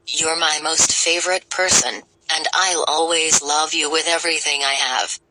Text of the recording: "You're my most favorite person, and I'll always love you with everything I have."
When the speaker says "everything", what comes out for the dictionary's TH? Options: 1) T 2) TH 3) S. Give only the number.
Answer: 2